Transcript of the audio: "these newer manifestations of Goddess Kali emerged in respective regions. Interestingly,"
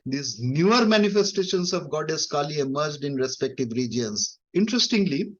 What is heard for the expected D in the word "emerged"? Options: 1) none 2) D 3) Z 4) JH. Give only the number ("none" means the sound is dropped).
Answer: 2